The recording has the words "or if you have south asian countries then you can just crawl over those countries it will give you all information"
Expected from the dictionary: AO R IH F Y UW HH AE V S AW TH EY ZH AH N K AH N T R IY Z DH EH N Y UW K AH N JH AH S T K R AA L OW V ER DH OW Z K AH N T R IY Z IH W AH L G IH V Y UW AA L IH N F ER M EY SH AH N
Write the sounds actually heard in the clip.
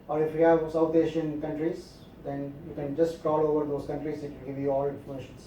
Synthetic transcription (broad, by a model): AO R IH F Y UW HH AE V S AW T EY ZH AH N K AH N T R IY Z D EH N Y UW K AH N JH AH S T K R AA L OW V ER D OW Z K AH N T R IY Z IH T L G IH V Y UW AA L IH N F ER M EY SH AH N